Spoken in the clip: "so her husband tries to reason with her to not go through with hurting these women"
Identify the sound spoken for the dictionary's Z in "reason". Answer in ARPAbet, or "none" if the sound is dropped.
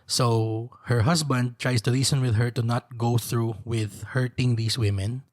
S